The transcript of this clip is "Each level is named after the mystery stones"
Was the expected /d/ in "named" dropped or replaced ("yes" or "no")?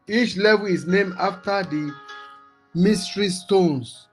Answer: yes